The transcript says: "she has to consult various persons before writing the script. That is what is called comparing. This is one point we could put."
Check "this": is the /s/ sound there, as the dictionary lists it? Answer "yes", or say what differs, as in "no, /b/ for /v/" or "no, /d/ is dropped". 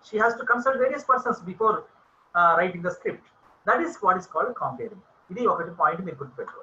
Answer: no, /s/ is dropped